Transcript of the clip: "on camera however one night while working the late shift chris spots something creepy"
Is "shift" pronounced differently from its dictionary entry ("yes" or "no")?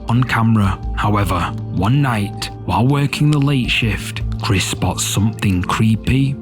no